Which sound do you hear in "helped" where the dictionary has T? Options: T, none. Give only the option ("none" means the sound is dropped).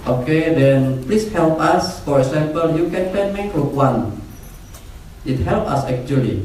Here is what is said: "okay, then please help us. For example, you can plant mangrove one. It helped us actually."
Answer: none